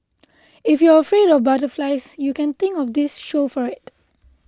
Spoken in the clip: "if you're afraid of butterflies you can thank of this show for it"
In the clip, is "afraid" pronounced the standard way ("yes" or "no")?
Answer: yes